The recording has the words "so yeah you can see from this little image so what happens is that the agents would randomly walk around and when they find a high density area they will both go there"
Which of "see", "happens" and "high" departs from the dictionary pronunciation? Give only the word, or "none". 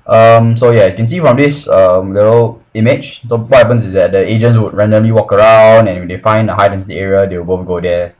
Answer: happens